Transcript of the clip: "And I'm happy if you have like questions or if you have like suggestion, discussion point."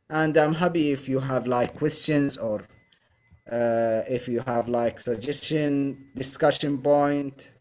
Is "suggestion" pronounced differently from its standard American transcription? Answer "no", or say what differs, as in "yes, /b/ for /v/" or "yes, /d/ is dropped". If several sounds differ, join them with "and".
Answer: no